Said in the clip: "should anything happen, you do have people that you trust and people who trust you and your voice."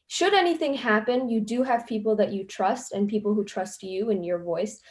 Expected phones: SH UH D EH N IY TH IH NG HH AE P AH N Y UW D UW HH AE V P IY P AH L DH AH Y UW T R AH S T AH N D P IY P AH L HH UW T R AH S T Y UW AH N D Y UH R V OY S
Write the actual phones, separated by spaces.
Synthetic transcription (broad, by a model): SH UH D EH N IY TH IH NG HH AE P AH N Y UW D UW HH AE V P IY P L DH AH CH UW T R AH S T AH N P IY P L HH UW T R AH S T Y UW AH N Y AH R V OY S